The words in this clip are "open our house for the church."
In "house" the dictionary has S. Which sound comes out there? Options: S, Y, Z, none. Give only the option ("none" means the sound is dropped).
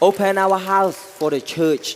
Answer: S